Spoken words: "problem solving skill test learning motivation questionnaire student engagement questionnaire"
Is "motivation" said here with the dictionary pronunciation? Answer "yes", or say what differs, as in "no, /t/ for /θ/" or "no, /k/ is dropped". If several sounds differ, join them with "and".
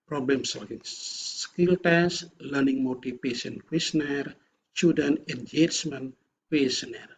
no, /p/ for /v/